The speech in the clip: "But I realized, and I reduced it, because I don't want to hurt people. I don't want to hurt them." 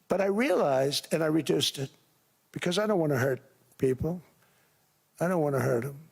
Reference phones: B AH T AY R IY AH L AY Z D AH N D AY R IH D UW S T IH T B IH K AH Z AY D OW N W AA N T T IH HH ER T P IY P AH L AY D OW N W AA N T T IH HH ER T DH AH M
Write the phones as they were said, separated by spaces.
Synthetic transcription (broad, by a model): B AH T AY R IY AH L AY Z D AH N AY R IH D UW S T IH T B IH K AH Z AY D OW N W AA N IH HH ER T P IY P L AY D OW N W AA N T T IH HH ER T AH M